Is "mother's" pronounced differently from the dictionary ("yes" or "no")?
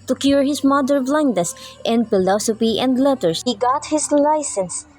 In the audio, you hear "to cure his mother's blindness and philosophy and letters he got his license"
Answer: yes